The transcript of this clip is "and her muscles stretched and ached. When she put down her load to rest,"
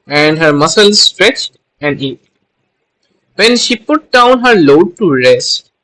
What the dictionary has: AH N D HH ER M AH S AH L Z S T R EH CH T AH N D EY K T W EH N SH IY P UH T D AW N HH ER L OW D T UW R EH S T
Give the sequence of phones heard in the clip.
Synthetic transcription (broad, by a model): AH N D HH ER M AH S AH L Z S T R EH CH T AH N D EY T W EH N SH IY P UH T D AW N HH ER L OW D T UW R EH S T